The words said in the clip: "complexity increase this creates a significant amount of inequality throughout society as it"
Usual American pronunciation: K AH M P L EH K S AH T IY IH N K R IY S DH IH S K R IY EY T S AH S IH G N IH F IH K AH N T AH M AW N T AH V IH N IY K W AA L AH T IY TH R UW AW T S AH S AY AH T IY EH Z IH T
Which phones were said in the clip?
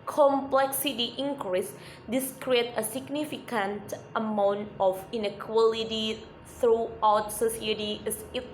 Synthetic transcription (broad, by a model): K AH M P L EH K S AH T IY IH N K R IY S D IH S K R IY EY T AH S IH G N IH F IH K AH N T AH M AW N T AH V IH N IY K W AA L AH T IY TH R UW AW T S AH S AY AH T IY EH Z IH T